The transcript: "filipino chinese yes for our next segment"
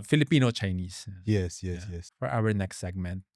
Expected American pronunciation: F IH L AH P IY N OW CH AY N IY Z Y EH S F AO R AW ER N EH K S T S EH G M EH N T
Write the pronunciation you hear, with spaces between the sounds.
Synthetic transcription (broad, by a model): F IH L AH P IY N OW CH AY N IY S Y EH S F AO R AW ER N EH K S T S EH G M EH N T